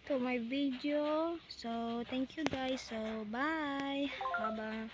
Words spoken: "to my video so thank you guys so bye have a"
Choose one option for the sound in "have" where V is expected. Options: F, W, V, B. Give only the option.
B